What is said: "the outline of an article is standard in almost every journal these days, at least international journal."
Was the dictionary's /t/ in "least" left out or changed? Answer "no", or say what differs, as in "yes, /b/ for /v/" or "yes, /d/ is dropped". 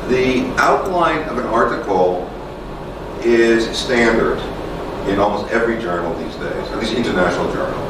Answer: yes, /t/ is dropped